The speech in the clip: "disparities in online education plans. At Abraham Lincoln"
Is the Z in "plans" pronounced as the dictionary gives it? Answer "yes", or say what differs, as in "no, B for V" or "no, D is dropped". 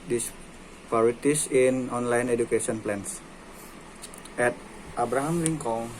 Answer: no, S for Z